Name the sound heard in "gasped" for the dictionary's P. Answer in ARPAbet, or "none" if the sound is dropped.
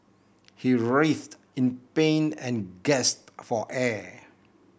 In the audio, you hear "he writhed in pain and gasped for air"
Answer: none